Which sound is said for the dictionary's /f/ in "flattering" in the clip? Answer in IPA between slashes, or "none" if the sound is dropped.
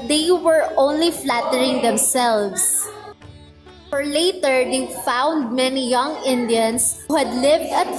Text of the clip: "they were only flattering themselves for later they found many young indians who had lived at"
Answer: /f/